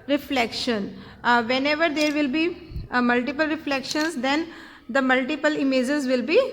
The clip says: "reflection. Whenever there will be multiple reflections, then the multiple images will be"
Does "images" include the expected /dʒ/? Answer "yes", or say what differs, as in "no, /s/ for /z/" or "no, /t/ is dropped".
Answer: yes